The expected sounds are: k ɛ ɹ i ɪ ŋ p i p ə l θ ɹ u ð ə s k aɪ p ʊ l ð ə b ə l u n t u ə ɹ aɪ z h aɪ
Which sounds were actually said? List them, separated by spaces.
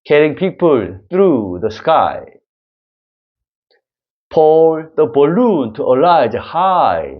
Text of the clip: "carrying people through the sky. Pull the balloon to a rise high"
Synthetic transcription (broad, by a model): k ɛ ɹ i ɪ ŋ p i p ə l θ ɹ u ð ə s k aɪ p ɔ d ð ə b ə l u n t u ə l aɪ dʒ h aɪ